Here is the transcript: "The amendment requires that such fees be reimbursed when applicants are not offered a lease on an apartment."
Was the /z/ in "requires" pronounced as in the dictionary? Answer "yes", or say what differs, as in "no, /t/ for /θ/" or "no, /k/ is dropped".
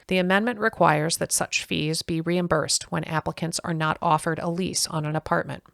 yes